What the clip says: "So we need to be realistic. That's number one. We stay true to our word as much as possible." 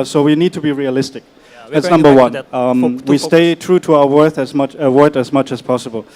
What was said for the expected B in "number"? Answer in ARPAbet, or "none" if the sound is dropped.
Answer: B